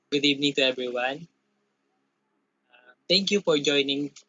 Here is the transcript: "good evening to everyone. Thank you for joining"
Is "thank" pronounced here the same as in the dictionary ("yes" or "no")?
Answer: no